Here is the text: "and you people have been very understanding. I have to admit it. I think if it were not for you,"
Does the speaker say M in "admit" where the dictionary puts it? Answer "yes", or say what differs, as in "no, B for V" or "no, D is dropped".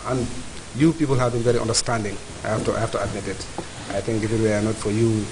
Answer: yes